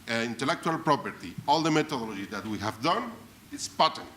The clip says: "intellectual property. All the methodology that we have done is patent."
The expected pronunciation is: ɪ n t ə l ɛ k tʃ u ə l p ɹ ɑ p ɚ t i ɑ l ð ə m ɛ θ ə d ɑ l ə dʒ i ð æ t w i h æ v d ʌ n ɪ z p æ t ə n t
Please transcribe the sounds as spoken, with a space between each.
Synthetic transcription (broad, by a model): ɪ n t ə l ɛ k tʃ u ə l p ɹ ɑ p ɚ t i ɑ l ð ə m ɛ t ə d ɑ l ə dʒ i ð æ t w i h æ v d ʌ n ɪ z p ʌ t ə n